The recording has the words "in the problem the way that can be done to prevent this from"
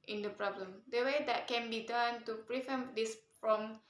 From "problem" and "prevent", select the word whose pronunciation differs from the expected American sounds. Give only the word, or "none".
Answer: prevent